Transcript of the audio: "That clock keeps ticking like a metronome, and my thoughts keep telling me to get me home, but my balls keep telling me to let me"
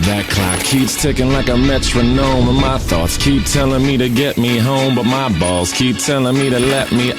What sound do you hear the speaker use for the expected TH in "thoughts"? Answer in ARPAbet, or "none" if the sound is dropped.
TH